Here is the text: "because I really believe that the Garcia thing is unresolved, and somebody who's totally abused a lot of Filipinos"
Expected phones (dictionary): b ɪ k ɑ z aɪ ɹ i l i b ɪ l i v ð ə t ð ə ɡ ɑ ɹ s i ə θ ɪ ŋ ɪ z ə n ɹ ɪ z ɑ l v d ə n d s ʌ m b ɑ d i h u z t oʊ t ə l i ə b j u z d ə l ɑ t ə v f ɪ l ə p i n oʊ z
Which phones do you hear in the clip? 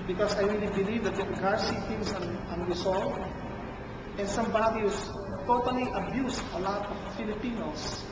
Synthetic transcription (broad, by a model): b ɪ k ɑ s aɪ ɹ i l i b ɪ l i v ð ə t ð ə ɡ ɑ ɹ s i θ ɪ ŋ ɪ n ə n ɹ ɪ s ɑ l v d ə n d s ʌ m b ɑ d i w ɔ s t oʊ t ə l i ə b j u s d ə l ɑ t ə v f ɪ l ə p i n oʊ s